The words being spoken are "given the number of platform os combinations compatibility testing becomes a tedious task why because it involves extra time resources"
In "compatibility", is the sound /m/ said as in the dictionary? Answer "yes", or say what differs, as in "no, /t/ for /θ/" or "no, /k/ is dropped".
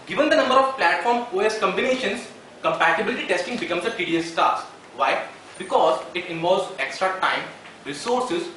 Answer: yes